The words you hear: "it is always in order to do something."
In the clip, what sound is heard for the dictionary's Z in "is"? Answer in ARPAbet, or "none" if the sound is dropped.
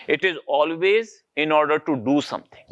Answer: Z